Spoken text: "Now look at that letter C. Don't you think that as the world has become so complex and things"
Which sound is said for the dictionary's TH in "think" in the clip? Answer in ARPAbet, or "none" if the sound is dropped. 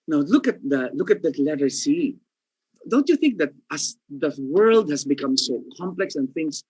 TH